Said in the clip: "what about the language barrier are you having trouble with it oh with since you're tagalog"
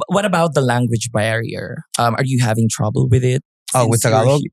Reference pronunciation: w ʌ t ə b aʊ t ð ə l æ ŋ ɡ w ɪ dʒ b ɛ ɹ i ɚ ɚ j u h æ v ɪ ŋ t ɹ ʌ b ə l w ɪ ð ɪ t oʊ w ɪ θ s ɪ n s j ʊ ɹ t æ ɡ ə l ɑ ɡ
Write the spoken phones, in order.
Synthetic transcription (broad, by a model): w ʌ t ə b aʊ t ð ə l æ ŋ ɡ w ɪ dʒ b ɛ ɹ i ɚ ɚ j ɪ h æ v ɪ ŋ t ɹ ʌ b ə l w ɪ ð ɪ t oʊ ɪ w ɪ s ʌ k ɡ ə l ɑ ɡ